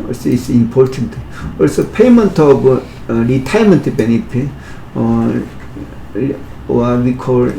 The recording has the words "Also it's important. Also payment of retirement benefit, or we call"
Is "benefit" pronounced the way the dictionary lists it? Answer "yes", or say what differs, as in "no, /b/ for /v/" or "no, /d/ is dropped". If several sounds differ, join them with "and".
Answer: no, /p/ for /f/